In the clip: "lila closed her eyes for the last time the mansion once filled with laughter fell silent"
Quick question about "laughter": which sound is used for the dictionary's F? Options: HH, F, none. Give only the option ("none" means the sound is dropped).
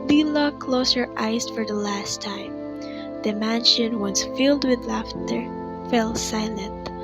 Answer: F